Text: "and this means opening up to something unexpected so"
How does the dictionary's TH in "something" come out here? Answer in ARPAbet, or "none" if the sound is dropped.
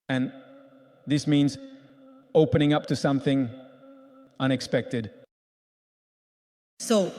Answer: TH